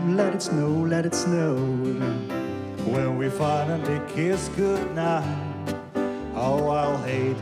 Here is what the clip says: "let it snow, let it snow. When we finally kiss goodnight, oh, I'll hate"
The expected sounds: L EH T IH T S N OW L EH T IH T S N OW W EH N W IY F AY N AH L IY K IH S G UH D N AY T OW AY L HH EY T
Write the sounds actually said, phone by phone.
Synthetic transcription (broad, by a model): L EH T IH T S N OW L EH T IH T S N OW W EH N W IY F AY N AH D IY K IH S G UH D N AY OW AY L HH EY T